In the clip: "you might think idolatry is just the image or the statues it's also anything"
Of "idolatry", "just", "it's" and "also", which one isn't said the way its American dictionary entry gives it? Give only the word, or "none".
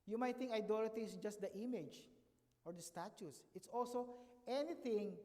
idolatry